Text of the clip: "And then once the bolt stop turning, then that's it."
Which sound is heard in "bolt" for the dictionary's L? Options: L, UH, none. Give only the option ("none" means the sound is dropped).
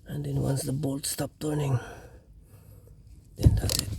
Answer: L